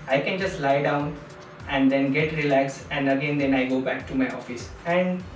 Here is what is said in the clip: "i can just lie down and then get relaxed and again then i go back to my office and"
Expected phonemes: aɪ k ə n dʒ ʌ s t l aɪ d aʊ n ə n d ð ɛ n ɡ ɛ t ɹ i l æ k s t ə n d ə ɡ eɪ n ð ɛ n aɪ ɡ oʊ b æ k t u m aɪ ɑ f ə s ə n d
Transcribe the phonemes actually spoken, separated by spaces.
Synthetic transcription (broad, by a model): aɪ k ə n dʒ ʌ s t l aɪ d aʊ n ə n d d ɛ n ɡ ɛ t ɹ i l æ k s ə n d ə ɡ eɪ n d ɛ n aɪ ɡ oʊ b æ k t u m aɪ ɑ f ə s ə n d